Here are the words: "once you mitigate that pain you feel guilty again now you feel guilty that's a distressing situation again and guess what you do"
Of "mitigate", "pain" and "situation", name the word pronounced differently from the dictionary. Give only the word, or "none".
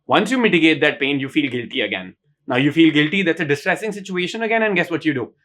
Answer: none